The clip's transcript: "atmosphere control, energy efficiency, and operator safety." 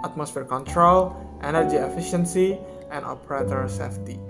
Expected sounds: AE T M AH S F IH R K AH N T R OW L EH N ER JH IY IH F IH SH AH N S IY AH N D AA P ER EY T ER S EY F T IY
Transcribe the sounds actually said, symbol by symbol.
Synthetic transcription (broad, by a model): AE T M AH S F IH R K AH N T R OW L EH N ER JH IY IH F IH SH AH N S IY AH N D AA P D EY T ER S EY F T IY